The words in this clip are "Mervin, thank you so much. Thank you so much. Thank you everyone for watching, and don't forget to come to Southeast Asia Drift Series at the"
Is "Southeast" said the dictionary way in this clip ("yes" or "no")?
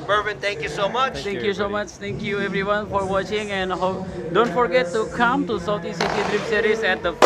no